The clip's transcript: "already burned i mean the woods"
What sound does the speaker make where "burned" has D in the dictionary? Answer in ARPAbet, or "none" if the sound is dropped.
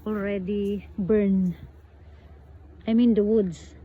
none